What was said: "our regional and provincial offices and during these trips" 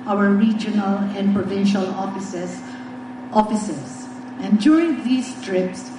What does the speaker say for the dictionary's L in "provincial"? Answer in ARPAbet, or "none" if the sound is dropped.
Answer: L